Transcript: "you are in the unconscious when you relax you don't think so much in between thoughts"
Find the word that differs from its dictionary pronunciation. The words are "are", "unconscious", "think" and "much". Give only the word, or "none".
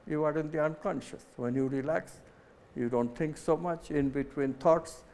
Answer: think